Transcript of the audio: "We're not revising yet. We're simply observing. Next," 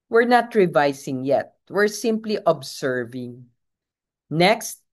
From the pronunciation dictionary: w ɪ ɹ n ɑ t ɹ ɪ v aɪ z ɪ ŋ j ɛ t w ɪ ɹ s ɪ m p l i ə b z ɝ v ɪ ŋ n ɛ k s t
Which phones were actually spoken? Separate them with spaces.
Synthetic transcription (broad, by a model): w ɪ ɹ n ɑ t ɹ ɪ v aɪ s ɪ ŋ j ɛ t w ɪ ɹ s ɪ m p l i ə b s ɝ v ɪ ŋ n ɛ k s t